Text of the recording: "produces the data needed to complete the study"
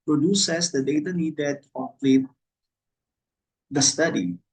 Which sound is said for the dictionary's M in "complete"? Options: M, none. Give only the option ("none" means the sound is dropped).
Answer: none